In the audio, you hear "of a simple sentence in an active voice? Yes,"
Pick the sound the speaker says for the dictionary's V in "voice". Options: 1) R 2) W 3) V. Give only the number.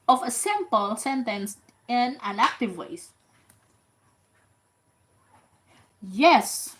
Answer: 2